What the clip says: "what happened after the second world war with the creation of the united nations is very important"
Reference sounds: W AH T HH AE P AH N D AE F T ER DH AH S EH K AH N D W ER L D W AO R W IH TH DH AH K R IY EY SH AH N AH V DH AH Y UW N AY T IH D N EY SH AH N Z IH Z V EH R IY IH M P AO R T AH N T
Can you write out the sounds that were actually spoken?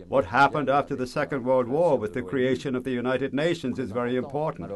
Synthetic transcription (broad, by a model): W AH T HH AE P AH N D AE F T ER DH AH S EH K AH N D W ER L D W AO R W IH DH AH K R IY EY SH AH N AH V DH AH Y UW N AY T IH D N EY SH AH N Z IH Z V EH R IY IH M P AO R T N T